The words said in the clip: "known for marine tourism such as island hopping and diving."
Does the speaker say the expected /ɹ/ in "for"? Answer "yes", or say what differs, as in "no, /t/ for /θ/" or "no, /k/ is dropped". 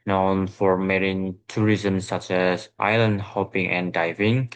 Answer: yes